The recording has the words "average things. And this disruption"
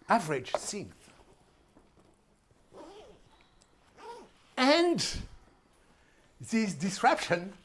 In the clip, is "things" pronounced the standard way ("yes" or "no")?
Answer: no